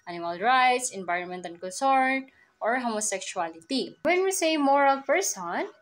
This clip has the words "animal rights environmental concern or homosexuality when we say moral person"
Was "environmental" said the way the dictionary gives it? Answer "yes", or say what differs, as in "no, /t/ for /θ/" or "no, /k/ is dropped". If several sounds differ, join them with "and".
no, /n/ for /l/